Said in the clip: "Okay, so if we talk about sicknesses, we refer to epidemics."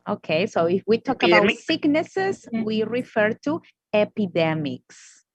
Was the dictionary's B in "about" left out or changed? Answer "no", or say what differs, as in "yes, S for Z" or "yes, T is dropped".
yes, B is dropped